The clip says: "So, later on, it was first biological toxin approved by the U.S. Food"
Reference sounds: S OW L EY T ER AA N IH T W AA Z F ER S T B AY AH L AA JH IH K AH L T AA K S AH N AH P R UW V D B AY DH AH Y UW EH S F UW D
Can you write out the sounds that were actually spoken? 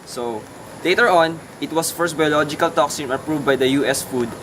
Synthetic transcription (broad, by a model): S OW L EY T ER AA N IH T W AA S F ER S T B AY AH L AA JH IH K AH L T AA K S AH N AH P R UW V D B AY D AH Y UW EH S F UW D